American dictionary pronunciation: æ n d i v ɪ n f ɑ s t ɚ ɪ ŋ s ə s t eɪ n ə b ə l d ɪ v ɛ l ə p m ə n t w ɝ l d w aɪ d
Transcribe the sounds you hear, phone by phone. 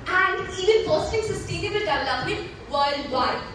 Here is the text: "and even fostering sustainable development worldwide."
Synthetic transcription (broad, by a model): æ n d i v ɪ n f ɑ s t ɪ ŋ s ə s t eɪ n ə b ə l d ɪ ɪ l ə m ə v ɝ l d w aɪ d